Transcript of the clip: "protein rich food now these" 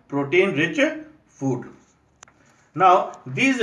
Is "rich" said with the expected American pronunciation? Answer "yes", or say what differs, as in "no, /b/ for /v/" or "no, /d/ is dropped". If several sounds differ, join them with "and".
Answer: yes